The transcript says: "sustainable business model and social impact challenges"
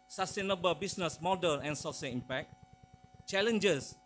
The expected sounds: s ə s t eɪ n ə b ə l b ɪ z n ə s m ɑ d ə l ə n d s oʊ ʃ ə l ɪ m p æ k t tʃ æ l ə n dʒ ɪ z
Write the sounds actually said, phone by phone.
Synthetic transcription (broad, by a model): s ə s t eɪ n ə b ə l b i s n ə s m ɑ d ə n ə n s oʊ s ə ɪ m p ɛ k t tʃ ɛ l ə n dʒ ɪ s